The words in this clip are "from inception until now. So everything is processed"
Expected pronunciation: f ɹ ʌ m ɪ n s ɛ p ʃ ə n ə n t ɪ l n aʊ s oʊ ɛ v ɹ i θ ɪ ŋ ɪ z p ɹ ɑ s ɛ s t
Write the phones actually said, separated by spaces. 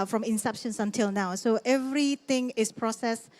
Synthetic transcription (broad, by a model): f ɹ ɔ m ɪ n s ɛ p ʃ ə n ə n t ɪ l n aʊ s oʊ ɛ v ɹ i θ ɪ ŋ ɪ s p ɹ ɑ s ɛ s